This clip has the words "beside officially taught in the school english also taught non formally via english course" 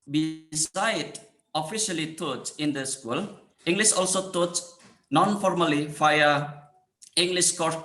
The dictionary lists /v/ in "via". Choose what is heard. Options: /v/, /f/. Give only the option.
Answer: /f/